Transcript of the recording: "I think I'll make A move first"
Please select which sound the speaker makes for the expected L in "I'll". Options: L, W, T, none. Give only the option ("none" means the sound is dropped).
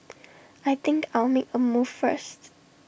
L